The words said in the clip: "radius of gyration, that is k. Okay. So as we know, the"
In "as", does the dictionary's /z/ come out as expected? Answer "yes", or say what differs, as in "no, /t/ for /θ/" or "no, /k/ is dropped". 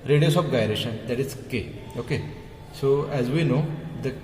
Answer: yes